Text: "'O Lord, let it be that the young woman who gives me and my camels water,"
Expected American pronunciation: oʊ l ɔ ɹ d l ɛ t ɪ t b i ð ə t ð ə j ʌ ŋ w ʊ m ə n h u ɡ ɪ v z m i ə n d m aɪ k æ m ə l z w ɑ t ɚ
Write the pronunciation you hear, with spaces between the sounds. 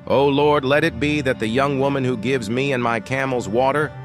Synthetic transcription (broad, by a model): oʊ l ɔ ɹ d l ɛ t ɪ t b i ð ə t ð ə j ʌ ŋ w ʊ m ə n h u ɡ ɪ v z m i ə n m aɪ k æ m l z w ɑ t ɚ